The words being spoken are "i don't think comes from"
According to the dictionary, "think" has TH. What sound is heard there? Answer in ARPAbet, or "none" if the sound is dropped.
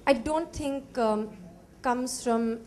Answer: T